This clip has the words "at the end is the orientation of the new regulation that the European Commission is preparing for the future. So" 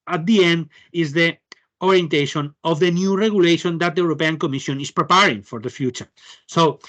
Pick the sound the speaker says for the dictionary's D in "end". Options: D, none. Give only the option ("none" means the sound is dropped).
D